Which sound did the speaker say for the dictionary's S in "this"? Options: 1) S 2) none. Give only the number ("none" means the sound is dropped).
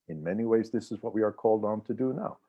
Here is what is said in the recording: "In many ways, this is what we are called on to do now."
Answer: 1